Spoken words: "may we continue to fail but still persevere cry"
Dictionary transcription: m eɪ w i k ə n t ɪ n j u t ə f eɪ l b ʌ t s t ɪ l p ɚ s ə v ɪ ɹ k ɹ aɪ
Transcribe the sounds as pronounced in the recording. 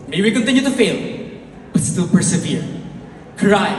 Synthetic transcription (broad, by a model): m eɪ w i k ə n t ɪ n j u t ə f eɪ l b ʌ t s t ɪ l p ɚ s ə v ɪ ɹ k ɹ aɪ